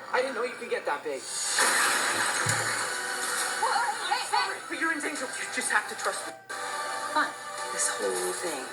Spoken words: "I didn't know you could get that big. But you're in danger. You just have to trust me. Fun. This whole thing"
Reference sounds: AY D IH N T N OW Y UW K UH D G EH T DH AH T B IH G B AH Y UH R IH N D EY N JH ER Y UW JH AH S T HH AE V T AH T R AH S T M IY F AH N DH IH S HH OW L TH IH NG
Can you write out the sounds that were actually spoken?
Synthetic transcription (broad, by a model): AY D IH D N OW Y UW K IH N G EH T DH AH T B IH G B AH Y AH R IH N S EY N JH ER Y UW JH AH S T HH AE F T AH T R AH S T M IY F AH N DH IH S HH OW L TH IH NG